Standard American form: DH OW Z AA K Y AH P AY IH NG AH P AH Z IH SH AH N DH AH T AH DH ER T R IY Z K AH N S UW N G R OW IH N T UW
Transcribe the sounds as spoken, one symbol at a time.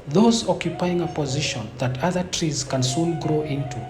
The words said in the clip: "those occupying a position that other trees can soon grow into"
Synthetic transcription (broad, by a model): DH OW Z AA K Y AH P AY IH NG AH P AH Z IH SH AH N DH AH T AH DH ER T R IY Z K AH N S UW N G R OW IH N T UW